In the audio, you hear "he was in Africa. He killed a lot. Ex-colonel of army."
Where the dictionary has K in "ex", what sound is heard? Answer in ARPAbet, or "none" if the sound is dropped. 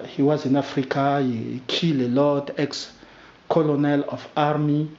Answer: K